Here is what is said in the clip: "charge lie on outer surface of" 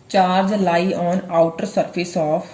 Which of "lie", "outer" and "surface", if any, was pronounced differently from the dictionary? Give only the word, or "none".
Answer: surface